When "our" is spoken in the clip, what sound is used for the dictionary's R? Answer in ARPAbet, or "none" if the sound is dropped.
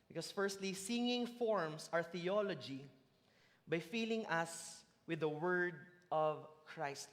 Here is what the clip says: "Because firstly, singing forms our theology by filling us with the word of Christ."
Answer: R